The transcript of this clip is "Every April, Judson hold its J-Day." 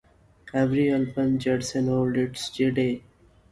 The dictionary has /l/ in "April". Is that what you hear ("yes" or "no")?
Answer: no